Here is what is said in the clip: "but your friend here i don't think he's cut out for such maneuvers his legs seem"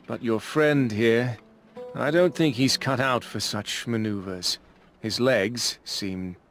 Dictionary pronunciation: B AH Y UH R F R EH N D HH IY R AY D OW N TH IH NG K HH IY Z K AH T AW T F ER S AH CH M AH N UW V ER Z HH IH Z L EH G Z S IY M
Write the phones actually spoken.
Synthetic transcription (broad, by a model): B AH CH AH R F R EH N D HH IY R AY D OW N TH IH NG K HH IY Z K AH T AW T F ER S AH CH M AH N UW V ER Z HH IH Z L EH G Z S IY M